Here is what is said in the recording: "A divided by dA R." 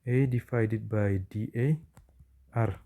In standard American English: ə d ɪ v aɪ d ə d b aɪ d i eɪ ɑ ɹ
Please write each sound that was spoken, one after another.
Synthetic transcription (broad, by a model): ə d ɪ f aɪ d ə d b aɪ d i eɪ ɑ ɹ